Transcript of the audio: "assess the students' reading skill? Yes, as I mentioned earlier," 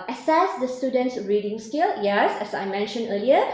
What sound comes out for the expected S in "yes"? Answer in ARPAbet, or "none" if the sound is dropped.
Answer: S